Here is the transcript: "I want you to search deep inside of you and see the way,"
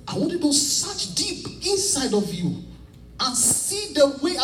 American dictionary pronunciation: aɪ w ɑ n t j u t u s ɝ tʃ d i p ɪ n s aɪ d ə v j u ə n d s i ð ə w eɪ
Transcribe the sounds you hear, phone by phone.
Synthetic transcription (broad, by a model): aɪ w ɑ n t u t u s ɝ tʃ d i p ɪ n s aɪ d ə v j u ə n s i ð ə w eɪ